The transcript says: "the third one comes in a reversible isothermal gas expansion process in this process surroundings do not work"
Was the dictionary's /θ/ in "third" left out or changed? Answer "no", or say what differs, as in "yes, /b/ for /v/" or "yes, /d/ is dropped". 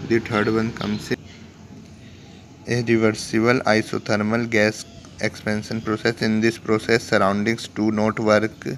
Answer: yes, /t/ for /θ/